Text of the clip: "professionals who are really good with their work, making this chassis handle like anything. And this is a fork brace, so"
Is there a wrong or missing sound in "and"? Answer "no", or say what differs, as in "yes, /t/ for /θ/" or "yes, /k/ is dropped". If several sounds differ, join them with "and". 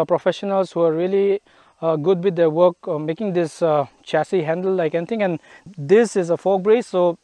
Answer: no